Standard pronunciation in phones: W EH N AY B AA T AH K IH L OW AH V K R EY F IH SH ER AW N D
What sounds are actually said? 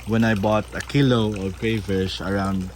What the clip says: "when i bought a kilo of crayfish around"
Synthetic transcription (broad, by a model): W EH N AY B AA T AH K IH L OW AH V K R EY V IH S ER AW N D